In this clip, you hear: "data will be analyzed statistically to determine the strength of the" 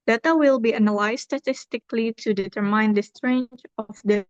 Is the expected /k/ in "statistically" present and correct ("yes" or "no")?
yes